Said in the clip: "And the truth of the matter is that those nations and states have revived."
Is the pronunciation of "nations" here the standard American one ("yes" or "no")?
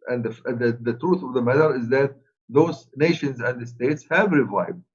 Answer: yes